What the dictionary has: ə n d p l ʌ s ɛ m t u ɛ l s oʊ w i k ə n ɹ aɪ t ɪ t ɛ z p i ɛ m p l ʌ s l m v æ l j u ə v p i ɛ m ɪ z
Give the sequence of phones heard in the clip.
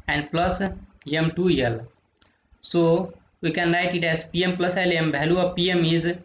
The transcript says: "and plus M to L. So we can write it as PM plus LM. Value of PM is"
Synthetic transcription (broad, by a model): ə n d p l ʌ s ɛ m t u ɛ l s oʊ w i k ə n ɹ aɪ t ɪ t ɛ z p i ɛ m p l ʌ s l m b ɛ l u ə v p i ɛ m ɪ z